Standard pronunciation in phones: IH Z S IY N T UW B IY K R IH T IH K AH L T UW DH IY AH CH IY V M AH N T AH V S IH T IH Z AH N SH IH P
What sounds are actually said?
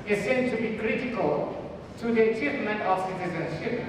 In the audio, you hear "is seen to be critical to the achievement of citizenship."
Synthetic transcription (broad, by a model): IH S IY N T UW B IY K R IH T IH K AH L T UW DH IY AH CH IY V M AH N T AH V S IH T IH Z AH N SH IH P